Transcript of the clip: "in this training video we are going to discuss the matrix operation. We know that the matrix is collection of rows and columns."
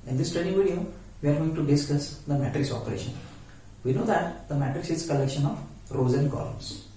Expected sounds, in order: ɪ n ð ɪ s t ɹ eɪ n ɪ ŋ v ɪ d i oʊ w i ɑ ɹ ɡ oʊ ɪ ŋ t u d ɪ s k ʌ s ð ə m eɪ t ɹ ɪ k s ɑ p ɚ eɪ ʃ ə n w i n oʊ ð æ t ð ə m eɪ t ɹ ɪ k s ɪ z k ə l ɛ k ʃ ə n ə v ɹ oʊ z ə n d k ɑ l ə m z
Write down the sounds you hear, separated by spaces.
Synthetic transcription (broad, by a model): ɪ n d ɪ s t eɪ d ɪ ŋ v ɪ d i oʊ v i ɑ ɹ ɡ oʊ ɪ ŋ t u d ɪ s k ʌ s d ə m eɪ t ɹ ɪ k s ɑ p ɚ eɪ ʃ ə n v i n oʊ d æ t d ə m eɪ t ɹ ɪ k s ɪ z k ə l ɛ k ʃ ə n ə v ɹ oʊ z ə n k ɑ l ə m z